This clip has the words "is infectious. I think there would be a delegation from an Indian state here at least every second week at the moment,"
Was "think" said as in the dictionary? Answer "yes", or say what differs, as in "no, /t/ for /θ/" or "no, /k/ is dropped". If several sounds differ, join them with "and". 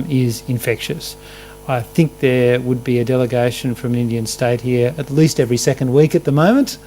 yes